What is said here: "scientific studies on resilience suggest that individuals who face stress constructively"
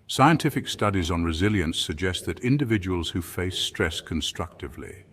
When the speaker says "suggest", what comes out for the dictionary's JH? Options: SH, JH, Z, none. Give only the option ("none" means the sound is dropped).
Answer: JH